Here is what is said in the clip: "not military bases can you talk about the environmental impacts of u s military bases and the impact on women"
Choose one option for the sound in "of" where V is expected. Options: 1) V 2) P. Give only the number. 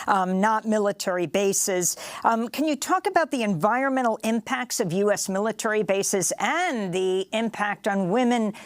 1